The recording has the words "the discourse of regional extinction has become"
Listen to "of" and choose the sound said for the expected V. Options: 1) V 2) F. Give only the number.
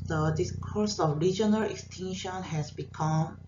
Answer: 2